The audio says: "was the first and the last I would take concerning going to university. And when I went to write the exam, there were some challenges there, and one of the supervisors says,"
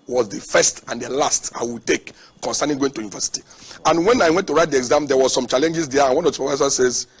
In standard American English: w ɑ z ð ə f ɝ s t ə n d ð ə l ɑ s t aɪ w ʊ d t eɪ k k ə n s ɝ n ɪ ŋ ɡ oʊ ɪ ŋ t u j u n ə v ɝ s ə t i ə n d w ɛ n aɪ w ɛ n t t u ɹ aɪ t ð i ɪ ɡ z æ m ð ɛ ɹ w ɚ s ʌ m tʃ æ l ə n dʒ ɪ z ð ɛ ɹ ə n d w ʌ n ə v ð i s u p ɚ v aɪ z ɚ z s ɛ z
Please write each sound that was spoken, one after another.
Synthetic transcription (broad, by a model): w ɑ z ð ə f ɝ s t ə n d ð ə l ɑ s t aɪ w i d t eɪ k k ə n s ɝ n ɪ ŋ ɡ oʊ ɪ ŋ t u j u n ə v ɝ s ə t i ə n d w ɛ n aɪ w ɛ n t t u ɹ aɪ t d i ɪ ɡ z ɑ m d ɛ w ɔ s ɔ m tʃ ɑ l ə n dʒ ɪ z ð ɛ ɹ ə n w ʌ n ə v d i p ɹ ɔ f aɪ s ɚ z s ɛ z